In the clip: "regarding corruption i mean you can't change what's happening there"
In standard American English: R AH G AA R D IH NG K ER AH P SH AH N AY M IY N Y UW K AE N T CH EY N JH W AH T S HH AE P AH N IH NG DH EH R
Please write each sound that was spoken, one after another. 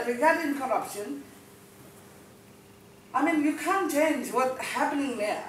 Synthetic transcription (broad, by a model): R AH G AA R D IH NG K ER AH P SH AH N AY M IY N Y UW K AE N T CH EY N JH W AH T HH AE P AH N IH NG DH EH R